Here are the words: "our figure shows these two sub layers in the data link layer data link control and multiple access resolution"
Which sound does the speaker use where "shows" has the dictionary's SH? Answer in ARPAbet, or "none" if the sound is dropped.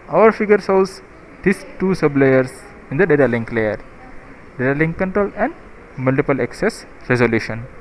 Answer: S